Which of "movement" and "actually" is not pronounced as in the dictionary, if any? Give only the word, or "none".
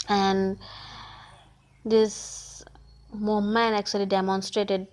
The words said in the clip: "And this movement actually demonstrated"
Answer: movement